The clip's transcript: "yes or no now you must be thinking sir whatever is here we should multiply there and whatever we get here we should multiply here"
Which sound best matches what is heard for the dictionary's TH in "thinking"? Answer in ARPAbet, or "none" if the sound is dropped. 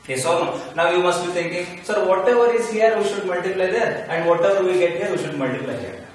T